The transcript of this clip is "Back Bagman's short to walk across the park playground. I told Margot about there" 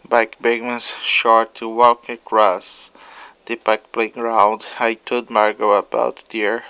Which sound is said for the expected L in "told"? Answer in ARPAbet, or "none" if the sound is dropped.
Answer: none